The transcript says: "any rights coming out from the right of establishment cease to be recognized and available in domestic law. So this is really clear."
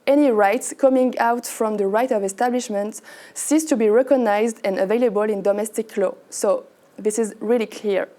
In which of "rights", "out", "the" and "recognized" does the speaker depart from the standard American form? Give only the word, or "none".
none